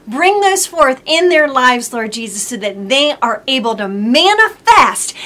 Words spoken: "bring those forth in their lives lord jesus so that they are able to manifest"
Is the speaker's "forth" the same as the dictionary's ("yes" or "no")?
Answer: yes